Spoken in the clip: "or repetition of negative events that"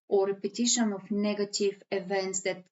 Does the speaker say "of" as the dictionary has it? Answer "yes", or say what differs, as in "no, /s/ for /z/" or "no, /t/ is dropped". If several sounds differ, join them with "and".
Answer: no, /f/ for /v/